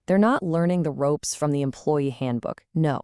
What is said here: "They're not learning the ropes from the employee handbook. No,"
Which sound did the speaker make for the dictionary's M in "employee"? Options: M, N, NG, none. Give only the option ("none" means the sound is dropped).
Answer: M